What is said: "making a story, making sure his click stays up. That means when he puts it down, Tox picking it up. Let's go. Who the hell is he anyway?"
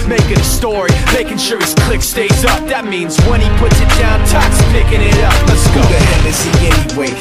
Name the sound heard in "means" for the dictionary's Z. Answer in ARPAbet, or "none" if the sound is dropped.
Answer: Z